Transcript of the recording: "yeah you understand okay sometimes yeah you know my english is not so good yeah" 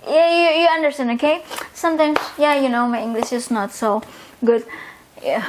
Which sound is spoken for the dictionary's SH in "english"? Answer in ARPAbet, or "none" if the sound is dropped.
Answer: SH